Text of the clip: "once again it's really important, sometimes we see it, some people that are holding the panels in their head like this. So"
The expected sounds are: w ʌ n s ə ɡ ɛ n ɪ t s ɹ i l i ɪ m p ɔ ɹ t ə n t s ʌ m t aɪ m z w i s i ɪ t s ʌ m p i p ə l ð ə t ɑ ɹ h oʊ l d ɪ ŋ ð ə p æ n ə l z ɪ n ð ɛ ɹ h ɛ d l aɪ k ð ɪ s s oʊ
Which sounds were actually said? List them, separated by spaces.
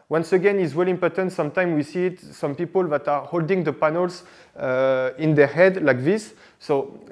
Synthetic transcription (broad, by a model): w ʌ n s ə ɡ ɛ n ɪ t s w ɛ l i m p ɔ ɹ t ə n t s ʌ m t aɪ m w i s i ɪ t s ʌ m p i p ə l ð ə t ɑ ɹ h oʊ l d ɪ ŋ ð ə p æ n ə l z ɪ n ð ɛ ɹ h ɛ d l aɪ k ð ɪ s s oʊ